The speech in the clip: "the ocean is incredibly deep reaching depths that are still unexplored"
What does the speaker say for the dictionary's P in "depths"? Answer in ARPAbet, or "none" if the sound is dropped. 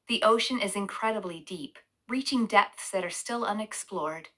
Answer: P